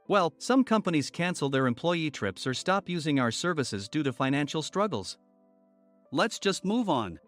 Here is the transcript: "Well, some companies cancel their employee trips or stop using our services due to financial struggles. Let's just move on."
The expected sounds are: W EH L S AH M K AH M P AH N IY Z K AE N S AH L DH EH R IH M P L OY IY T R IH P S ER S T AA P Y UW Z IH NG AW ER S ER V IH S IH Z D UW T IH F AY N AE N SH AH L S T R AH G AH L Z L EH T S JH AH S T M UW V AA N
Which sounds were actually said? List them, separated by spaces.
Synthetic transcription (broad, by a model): W EH L S AH M K AH M P AH N IY Z K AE N S L DH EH R IH M P L OY IY T R IH P S ER S T AA P Y UW Z IH NG AW ER S ER V IH S IH Z D UW T IH F AY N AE N SH L S T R AH G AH L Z L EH T S JH AH S T M UW V N